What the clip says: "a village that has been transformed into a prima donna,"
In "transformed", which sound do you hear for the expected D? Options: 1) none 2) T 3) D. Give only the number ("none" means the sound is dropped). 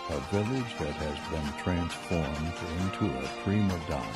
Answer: 3